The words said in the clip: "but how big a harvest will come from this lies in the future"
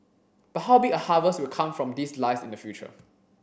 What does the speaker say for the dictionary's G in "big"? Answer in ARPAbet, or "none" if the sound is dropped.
none